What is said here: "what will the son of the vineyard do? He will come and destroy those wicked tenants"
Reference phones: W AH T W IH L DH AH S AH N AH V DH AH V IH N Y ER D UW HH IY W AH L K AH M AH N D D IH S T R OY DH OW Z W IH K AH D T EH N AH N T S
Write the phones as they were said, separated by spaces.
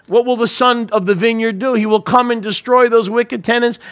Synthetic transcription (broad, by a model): W AH T W IH L DH AH S AH N AH V DH AH V IH N Y ER D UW HH IY W AH L K AH M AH N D D IH S T R OY DH OW Z W IH K AH D T EH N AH N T S